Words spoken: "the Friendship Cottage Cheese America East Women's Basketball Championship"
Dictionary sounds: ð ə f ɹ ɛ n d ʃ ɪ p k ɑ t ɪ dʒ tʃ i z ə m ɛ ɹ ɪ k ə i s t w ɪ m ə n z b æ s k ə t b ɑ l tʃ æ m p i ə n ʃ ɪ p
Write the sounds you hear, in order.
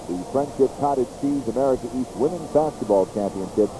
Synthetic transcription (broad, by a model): ð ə f ɹ ɛ n d ʃ ɪ p k ɑ t ɪ dʒ s i z ə m ɛ ɹ ɪ k ə i s t w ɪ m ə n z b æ s k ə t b ɑ l tʃ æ m p i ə n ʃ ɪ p